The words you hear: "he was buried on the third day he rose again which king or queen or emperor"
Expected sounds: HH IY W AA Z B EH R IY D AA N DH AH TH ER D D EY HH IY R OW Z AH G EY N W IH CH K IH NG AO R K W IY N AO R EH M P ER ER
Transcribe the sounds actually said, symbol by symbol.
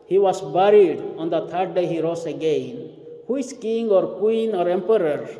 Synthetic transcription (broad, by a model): HH IY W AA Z B EH R IY D AA N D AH T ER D D EY HH IY R OW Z AH G EY N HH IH S K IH NG AO R K W IY N AO R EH M P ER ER